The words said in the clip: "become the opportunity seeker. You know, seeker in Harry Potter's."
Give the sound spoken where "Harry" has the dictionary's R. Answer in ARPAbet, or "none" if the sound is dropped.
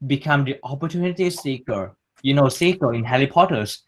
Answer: L